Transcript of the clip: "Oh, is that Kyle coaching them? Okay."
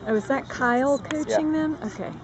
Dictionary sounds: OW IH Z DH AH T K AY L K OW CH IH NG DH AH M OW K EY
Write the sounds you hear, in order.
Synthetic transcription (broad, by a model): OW IH Z DH AH T K AY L K OW CH IH NG DH AH M OW K EY